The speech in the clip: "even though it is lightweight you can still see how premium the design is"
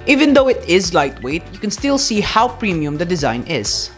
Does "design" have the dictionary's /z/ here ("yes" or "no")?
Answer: yes